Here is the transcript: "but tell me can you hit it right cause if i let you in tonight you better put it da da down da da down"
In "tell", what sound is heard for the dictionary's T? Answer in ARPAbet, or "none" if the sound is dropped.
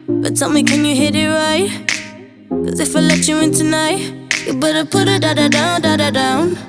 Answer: S